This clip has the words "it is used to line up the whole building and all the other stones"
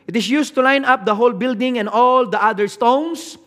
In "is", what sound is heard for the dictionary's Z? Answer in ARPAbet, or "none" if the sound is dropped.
S